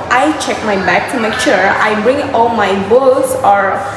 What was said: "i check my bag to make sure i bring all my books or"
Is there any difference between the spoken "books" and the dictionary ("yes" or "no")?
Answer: yes